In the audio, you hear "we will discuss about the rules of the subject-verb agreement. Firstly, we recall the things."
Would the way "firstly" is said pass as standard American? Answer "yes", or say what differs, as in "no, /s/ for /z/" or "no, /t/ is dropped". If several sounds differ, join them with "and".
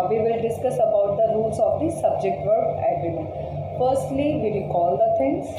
yes